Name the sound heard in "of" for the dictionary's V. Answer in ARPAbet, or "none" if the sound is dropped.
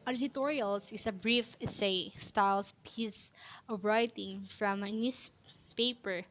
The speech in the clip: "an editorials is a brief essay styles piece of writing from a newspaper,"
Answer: B